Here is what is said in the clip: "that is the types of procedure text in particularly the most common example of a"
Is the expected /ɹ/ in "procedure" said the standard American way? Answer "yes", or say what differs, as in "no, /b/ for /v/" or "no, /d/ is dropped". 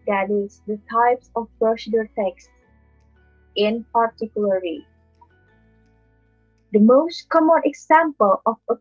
no, /ɹ/ is dropped